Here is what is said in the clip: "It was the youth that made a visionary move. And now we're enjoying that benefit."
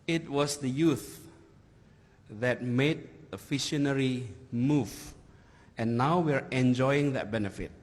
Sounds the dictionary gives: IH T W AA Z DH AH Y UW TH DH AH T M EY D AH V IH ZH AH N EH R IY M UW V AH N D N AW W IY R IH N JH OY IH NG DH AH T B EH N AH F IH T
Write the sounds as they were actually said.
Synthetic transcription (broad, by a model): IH T W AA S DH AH Y UW TH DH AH T M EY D AH F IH SH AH N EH R IY M UW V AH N N AW W IY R IH N JH OY IH NG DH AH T B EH N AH F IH T